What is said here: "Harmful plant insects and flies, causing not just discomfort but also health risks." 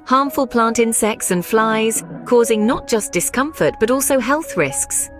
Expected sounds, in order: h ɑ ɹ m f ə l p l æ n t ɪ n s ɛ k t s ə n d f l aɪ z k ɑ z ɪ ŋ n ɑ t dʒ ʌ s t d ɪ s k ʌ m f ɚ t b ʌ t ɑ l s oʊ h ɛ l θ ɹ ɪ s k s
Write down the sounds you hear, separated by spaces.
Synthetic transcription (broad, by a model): h ɑ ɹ m f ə l p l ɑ n t ɪ n s ɛ k t s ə n f l aɪ z k ɑ z ɪ ŋ n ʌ t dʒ ʌ s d ɪ s k ʌ m f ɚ t b ʌ t ɑ l s oʊ h ɛ l θ ɹ ɪ s k s